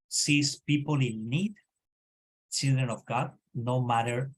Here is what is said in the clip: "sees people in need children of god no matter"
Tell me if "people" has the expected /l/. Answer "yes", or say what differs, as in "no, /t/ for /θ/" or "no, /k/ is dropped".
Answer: yes